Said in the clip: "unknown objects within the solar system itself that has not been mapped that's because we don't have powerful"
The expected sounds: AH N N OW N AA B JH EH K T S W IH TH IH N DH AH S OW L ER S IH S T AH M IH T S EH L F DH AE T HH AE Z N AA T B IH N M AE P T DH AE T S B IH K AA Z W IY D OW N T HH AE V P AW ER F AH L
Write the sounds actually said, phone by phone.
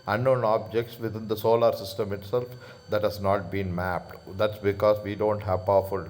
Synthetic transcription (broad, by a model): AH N N OW N AA B JH EH K T S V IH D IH N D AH S OW L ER S IH S T AH M IH T S EH L F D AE T HH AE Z N AA T B IH N M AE P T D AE T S B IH K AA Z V IY D OW N T HH AE V P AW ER F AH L